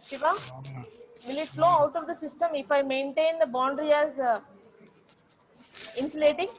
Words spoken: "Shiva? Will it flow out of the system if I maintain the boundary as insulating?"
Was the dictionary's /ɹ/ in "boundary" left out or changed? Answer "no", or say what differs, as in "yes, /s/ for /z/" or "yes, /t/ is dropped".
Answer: no